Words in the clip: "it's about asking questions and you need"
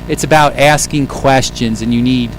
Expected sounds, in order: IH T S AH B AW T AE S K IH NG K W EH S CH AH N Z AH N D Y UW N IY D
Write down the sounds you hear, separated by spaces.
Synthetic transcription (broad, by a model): IH T S AH B AW T AE S K IH NG K W EH S CH AH N Z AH N Y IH N IY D